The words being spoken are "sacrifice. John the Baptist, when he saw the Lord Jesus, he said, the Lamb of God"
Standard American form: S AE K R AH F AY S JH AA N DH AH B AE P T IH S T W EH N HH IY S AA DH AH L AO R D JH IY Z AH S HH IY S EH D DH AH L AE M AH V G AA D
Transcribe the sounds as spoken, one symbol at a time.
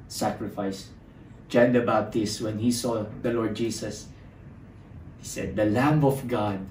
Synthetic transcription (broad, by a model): S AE K R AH F AY S JH AA N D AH B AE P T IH S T W EH N HH IY S AA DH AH L AO R D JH IY S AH S HH IY S EH D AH L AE M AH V G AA D